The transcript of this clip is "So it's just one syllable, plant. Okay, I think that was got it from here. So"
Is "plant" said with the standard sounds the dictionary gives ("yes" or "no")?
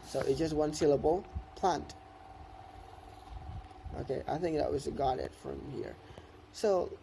yes